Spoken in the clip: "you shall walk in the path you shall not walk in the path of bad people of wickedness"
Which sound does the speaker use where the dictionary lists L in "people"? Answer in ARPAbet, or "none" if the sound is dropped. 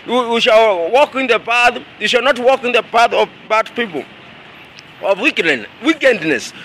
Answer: W